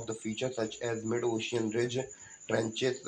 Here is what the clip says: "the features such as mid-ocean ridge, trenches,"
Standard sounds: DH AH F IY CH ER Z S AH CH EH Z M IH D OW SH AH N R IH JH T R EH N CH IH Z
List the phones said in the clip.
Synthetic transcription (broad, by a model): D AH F IY CH ER S AH CH EH Z M IH D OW SH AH N R IH JH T R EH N CH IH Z